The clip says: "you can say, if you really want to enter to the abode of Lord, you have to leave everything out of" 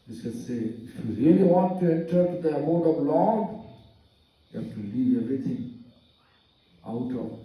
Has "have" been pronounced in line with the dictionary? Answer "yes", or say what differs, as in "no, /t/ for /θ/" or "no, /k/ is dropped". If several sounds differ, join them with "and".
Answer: no, /f/ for /v/